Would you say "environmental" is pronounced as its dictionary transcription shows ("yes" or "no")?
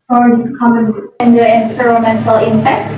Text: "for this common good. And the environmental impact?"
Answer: no